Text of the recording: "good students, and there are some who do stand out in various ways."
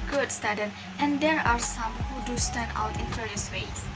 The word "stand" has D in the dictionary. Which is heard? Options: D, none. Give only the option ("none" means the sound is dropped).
none